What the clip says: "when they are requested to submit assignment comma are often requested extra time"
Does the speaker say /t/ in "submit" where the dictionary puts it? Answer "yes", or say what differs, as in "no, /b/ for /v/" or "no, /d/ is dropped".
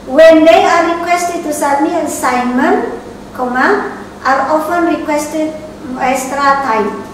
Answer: no, /t/ is dropped